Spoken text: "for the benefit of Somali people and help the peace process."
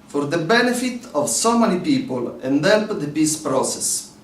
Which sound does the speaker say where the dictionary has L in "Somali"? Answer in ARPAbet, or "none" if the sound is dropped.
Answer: N